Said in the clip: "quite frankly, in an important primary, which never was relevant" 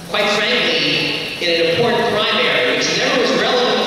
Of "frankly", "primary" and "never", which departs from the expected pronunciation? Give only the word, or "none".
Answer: never